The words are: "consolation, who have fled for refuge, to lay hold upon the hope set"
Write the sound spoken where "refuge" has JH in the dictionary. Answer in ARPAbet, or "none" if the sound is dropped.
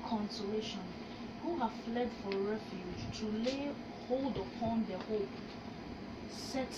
JH